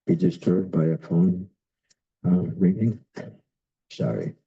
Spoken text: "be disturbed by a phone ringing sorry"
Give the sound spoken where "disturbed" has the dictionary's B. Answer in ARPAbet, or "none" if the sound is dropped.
none